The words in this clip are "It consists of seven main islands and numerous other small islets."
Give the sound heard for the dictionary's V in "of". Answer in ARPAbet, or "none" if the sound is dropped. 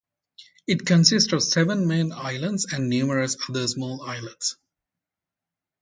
V